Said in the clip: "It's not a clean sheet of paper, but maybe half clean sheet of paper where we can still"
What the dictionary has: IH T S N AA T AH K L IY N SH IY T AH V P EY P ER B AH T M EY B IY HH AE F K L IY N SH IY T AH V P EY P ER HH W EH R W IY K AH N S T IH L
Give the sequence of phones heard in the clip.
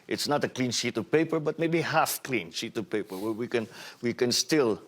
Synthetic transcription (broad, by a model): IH T S N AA T AH K L IY N SH IY T AH V P EY P ER B AH T M EY B IY HH AE F K L IY N SH IY T AH V P EY P ER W W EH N W IY K AH N S T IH L